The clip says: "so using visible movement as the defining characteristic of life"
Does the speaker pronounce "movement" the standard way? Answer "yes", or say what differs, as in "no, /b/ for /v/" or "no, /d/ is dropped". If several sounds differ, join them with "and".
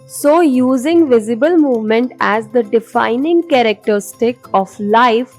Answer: yes